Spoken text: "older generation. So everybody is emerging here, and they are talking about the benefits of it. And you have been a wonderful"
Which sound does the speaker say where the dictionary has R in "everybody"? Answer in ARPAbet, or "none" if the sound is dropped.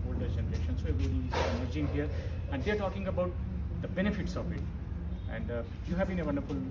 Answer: none